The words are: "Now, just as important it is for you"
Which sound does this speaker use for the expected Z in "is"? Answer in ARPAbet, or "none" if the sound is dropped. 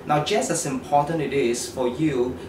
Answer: S